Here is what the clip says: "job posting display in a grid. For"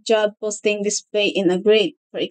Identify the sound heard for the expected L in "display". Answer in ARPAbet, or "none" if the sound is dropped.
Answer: none